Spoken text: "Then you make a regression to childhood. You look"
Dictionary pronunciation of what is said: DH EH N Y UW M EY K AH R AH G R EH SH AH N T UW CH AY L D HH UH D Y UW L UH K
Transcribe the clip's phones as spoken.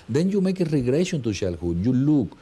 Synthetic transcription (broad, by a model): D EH N Y UW M EY K AH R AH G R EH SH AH N T UW SH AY L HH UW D Y UW L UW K